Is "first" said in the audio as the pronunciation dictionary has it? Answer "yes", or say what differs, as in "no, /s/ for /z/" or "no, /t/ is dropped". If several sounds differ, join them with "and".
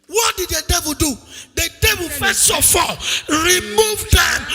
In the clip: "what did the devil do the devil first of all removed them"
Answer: no, /t/ is dropped